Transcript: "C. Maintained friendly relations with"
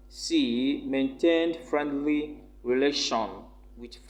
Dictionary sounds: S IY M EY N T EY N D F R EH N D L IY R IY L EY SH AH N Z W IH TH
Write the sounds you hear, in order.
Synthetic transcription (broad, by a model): S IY M EY N T EY N D F R EH N D L IY R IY L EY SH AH N W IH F